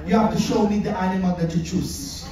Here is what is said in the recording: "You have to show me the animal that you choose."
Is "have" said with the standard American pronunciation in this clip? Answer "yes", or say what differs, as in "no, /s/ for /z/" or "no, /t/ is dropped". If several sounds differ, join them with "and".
no, /f/ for /v/